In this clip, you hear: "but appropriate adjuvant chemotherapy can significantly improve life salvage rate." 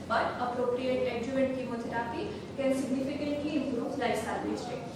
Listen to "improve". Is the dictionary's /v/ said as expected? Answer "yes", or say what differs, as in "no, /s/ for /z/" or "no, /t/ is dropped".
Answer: no, /p/ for /v/